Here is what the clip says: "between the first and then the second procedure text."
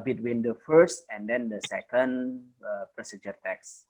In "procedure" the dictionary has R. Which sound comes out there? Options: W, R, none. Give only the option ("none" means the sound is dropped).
R